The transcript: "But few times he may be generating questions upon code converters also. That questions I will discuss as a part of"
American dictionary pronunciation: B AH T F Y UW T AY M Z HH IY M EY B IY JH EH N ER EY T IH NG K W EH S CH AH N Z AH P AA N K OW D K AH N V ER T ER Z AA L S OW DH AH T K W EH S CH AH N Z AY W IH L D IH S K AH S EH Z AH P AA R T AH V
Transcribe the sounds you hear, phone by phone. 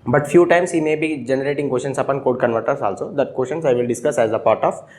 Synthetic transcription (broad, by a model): B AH T F Y UW T AY M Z HH IY M EY B IY JH EH N ER EY T IH NG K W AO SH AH N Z AH P AA N K OW D K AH N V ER T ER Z AA L S OW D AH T K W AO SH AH N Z AY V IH L D IH S K AH S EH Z AH P AA R T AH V